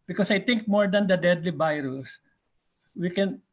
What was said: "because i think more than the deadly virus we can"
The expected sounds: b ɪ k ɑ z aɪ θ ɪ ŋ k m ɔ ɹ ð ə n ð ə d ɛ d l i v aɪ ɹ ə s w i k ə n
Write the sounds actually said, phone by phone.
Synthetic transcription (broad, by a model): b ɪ k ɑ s aɪ t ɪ ŋ k m ɔ ɹ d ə n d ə d ɛ d l i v aɪ ɹ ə s w i k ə n